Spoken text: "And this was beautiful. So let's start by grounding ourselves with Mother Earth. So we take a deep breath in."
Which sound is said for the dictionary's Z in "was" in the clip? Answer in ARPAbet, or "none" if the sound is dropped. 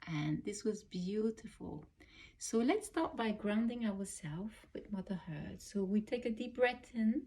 Z